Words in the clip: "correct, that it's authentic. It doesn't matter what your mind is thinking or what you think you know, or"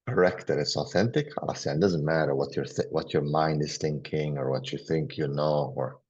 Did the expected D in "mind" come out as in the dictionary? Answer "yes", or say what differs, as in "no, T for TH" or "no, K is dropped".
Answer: yes